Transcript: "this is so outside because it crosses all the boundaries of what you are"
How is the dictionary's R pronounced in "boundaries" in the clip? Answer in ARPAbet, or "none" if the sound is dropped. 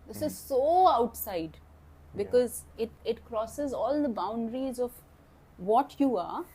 R